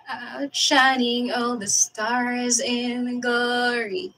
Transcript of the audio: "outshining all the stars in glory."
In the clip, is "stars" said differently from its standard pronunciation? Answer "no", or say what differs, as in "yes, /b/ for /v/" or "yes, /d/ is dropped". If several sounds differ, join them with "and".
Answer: no